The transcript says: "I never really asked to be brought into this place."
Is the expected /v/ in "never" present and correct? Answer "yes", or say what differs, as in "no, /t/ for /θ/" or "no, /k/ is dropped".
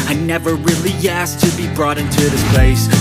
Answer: yes